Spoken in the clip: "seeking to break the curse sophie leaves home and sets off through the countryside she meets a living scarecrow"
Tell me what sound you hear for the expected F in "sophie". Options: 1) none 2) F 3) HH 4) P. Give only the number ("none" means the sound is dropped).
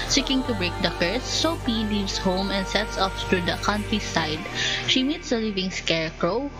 4